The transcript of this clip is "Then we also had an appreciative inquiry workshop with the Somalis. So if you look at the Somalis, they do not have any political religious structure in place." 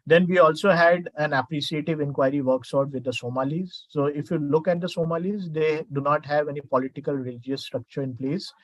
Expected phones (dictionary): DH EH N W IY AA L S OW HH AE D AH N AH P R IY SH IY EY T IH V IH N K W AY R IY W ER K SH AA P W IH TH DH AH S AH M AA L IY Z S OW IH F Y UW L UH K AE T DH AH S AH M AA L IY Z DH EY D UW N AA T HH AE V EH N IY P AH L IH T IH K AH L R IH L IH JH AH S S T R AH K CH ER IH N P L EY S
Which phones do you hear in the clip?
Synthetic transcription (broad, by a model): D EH N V IY AA L S OW HH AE D AH N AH P R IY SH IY EY T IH V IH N K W AY R IY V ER K S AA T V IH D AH S AH M AA L IY Z S OW IH F Y UW L UH K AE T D AH S AH M AA L IY Z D EY D UW N AA T HH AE V EH N IY P AH L IH T IH K AH L R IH L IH JH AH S S T R AH K CH ER IH N P L EY S